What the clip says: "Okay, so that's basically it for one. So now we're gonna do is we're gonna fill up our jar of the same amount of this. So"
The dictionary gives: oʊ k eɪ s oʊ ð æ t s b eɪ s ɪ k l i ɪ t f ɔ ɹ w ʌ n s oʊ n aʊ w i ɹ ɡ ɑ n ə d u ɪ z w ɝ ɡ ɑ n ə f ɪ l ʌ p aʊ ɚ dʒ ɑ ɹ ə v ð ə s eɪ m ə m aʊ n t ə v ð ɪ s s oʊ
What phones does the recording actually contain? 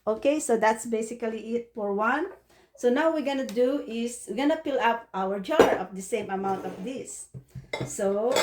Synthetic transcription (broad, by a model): oʊ k eɪ s oʊ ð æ t s b eɪ s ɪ k l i ɪ t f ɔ ɹ w ʌ n s oʊ n aʊ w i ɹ ɡ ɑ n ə d u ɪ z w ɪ ɡ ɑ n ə p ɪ l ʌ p aʊ ɚ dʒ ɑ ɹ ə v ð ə s eɪ m ə m aʊ n t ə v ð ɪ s s oʊ